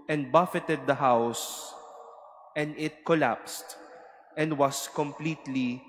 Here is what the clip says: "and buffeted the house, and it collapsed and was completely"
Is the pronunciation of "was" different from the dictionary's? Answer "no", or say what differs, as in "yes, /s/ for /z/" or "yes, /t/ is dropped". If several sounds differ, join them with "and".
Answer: yes, /s/ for /z/